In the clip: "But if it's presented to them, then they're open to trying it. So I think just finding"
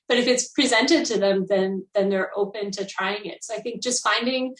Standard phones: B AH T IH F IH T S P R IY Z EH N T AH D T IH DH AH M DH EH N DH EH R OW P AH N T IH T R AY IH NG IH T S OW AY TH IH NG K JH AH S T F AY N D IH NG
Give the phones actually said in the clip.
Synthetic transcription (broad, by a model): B AH T IH F IH T S P R IY Z EH N T AH D T IH DH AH M DH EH N DH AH R OW P AH N T IH T R AY IH NG IH T S OW AY TH IH NG K JH AH S T F AY N D IH NG